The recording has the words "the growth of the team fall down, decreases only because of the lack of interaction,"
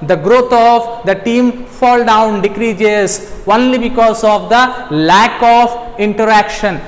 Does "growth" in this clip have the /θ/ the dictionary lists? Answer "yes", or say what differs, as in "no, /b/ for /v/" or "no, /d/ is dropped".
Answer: no, /t/ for /θ/